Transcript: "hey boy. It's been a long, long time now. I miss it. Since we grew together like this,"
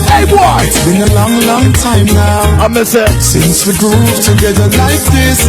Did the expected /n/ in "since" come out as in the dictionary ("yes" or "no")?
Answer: yes